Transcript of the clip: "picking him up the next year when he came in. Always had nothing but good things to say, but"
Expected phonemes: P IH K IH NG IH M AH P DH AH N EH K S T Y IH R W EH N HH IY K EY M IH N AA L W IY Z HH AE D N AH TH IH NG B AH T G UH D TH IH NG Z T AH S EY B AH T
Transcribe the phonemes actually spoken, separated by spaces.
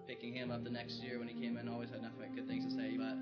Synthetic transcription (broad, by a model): P IH K IH NG IH M AH P DH AH N EH K S T Y IH R W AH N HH IY K EY M IH N AA L W IY Z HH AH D N AH F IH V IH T G UH D TH IH NG Z T AH S EY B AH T